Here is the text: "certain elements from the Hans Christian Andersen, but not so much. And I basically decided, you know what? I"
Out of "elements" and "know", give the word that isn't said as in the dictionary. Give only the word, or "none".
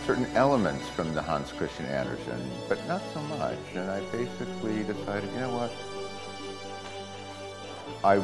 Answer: none